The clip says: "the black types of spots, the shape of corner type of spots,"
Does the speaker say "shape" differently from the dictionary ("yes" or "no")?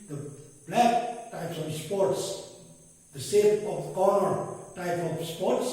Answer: yes